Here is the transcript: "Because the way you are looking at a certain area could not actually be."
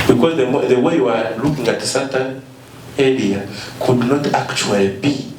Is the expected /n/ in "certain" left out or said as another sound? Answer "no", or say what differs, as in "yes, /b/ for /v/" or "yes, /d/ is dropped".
yes, /l/ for /n/